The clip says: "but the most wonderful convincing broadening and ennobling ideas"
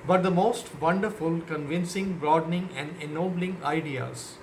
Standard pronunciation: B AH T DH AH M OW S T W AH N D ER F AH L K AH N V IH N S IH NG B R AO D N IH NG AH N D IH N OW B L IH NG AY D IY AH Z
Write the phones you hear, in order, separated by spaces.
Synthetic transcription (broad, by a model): B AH T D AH M OW S T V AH N D ER F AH L K AH N V IH N S IH NG B R AO D N IH NG AH N D IH N OW B L IH NG AY D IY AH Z